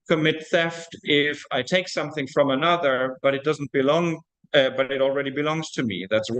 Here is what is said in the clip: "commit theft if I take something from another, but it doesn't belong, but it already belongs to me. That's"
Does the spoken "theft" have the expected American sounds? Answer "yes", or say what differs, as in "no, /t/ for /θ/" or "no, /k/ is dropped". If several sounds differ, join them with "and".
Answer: yes